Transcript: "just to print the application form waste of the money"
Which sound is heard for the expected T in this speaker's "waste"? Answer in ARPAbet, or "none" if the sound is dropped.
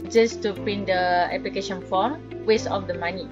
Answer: none